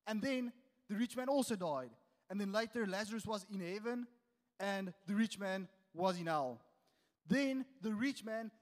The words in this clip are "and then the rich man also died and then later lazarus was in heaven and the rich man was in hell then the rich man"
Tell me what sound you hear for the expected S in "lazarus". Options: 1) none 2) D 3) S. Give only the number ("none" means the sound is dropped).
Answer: 3